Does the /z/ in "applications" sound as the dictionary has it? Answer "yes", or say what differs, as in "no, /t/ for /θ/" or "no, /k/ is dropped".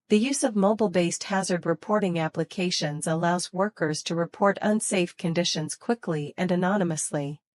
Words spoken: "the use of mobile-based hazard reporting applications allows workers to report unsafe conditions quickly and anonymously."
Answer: yes